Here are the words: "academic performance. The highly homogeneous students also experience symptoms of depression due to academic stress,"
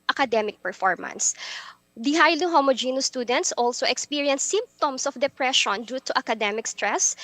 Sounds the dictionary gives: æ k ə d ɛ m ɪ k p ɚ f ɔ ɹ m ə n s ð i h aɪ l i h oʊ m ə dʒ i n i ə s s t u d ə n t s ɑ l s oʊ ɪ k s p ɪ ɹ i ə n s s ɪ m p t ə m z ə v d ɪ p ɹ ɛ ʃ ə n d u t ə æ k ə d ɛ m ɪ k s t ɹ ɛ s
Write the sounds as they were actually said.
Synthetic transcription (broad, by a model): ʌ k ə d ɛ m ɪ k p ɚ f ɔ ɹ m ə n s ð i h aɪ l i h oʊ m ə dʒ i n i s s t u d ə n t s ɑ l s oʊ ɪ k s p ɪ ɹ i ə n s s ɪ m p t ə m s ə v d ɪ p ɹ ɛ ʃ ə n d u t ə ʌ k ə d ɛ m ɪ k s t ɹ ɛ s